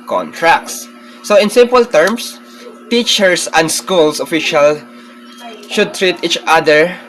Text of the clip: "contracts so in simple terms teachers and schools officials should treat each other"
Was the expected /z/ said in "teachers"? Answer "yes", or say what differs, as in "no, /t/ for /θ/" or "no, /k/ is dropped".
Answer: no, /s/ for /z/